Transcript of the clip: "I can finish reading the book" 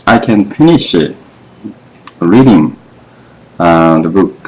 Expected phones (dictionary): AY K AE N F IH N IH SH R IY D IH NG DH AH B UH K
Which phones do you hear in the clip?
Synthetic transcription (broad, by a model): AY K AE N F IH N IH SH R IY D IH NG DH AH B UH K